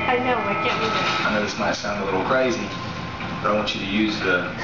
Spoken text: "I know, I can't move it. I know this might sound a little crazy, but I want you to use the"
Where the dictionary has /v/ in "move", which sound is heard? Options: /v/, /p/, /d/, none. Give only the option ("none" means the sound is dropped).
none